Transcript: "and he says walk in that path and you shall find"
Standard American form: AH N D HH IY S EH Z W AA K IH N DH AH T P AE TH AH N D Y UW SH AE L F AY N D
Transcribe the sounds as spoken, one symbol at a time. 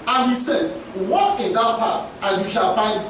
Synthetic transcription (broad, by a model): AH N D HH IY S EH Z W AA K IH N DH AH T P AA T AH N Y UW SH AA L F AY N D